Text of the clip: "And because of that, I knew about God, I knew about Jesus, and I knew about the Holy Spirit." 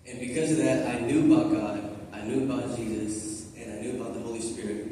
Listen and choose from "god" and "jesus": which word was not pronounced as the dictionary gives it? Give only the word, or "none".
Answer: none